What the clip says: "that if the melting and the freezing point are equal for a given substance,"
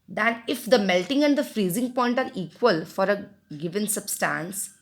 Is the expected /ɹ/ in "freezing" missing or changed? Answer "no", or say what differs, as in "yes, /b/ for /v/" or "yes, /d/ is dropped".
no